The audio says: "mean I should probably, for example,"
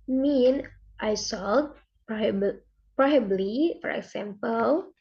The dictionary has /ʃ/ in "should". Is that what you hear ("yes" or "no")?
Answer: no